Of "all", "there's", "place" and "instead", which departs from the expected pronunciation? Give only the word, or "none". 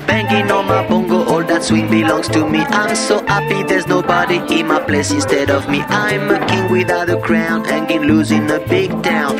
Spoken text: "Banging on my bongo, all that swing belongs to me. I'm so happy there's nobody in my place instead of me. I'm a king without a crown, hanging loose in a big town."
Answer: none